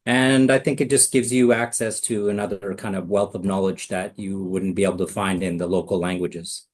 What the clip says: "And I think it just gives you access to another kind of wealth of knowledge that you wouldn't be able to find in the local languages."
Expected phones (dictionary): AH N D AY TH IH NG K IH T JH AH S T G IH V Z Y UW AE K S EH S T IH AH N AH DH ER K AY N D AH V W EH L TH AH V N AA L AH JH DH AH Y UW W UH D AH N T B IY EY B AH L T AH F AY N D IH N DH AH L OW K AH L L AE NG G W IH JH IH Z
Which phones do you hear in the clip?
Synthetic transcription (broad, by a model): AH N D AY TH IH NG K IH T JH AH S G IH V Z Y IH AE K S EH S T IH AH N AH DH ER K AY N D AH V W EH L TH AH V N AA L AH JH DH AH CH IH W UH D N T B IY EY B L T AH F AY N D IH N DH AH L OW K L L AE NG G W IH JH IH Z